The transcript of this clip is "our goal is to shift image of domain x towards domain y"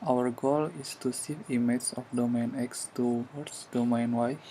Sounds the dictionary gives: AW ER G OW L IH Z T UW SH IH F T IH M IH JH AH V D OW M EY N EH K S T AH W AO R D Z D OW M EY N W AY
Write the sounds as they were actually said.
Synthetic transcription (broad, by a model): AW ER G OW L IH S T UW S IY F IY M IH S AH F D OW M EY N EH K S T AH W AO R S D OW M EY N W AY